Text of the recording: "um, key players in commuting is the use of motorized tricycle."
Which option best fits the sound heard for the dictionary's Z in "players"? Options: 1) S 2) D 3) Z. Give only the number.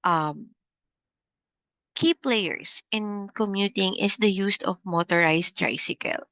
1